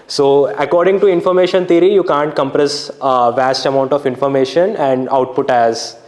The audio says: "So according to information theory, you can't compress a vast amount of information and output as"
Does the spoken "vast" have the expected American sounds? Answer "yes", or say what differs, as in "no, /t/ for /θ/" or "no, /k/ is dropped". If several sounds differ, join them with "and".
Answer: yes